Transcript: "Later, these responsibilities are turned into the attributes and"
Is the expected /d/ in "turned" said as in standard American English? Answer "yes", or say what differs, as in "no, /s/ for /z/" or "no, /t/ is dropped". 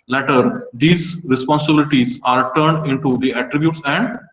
yes